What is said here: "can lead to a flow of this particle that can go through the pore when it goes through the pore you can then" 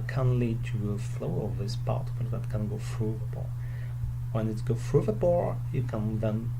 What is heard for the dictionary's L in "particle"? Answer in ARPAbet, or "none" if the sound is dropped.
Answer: N